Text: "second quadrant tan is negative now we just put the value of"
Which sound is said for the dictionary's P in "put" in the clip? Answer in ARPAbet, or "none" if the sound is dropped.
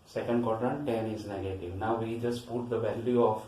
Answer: P